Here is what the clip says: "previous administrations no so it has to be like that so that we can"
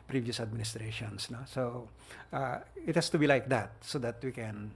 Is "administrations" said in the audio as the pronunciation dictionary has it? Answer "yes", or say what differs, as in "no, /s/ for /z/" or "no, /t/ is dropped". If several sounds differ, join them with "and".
no, /s/ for /z/